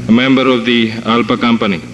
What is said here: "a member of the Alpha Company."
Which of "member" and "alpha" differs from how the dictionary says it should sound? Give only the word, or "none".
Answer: alpha